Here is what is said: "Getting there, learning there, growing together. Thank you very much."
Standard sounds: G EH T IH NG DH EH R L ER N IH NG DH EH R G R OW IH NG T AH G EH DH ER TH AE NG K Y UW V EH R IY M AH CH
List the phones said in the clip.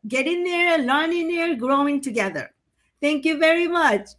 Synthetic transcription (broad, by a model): G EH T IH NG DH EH R L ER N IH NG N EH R G R OW IH NG T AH G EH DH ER T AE NG K Y UW V EH R IY M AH CH